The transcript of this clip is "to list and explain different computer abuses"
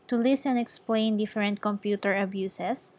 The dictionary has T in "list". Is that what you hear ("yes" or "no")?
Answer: no